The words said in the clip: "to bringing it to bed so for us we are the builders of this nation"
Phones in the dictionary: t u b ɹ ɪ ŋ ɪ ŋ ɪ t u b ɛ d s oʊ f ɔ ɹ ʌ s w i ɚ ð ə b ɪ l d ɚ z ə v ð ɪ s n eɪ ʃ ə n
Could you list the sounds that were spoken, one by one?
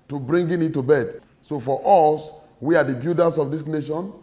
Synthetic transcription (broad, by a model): t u b ɹ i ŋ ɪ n ɪ t u b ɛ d s oʊ f ɔ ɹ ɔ s w i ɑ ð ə b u d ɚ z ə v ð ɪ s n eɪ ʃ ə n